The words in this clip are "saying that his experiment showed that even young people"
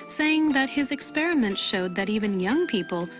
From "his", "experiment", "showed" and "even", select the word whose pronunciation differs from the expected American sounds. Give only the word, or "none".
none